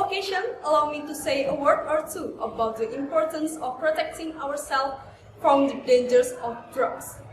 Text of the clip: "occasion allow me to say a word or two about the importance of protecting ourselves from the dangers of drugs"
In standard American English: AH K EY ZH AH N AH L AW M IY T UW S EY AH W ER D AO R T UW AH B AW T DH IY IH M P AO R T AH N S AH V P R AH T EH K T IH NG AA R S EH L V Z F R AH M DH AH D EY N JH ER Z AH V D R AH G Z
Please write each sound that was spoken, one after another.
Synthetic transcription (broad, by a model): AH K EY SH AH N AH L AW M IY T UW S EY AH W ER D AO R T UW AH B AW T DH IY IH M P AO R T AH N S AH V P R AH T EH K T IH NG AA R S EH L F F R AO M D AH D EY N JH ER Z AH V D R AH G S